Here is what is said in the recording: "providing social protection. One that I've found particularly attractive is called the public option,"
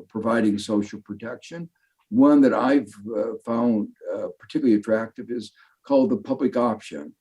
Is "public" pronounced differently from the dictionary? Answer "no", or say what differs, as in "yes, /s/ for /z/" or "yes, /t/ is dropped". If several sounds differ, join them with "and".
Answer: no